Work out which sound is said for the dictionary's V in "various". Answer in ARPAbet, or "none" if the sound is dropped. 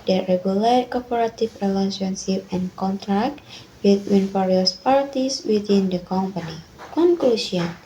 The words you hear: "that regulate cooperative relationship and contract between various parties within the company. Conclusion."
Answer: F